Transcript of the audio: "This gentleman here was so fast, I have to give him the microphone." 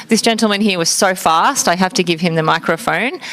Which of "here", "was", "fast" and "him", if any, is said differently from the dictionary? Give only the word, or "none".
none